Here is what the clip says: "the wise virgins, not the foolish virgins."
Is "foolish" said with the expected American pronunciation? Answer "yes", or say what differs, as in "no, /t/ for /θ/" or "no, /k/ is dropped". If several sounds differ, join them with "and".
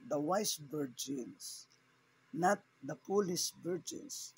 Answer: no, /p/ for /f/